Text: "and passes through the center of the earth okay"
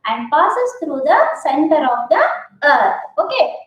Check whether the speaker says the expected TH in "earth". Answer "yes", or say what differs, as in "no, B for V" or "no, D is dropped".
no, T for TH